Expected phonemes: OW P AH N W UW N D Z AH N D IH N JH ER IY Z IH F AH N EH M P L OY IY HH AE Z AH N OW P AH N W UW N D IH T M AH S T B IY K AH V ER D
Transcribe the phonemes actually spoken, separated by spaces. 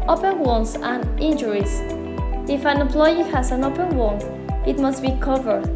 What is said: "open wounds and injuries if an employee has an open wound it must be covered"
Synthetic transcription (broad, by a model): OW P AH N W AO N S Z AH N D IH N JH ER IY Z IH F AH N EH M P L OY IY HH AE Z AH N OW P AH N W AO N IH T M AH S T B IY K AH V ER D